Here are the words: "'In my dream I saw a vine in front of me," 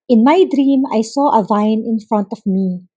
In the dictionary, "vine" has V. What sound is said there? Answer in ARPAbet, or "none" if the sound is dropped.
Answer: V